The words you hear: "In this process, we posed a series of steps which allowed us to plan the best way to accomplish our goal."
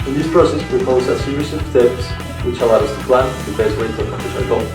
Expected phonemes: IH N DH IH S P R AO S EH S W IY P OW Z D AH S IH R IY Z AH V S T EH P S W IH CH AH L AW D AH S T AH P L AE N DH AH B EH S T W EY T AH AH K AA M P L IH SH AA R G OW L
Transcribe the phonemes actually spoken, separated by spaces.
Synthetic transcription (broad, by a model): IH N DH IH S P R AO S EH S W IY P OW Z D AH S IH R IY S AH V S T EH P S W IH CH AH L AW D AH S T AH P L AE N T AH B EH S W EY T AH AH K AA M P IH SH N L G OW